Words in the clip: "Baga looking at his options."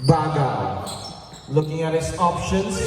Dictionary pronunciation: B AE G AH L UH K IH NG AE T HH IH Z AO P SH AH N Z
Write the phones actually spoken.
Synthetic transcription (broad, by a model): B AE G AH L UH K IH NG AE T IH S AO P SH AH N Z